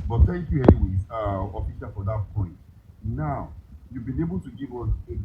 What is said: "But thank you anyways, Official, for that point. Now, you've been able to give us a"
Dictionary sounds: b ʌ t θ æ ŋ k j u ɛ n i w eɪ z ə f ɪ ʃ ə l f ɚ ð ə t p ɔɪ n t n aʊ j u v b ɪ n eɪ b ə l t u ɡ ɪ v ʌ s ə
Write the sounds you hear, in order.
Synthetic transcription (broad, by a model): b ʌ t t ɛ k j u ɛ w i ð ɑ ə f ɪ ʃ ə f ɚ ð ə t p ɔɪ n t n aʊ j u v b ɪ n eɪ b ə l t u ɡ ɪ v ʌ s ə